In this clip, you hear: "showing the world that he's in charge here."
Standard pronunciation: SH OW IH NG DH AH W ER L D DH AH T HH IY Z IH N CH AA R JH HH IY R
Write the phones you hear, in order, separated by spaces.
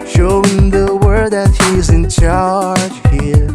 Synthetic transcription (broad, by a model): SH OW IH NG DH AH W ER D DH AH T HH IY Z IH N CH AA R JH HH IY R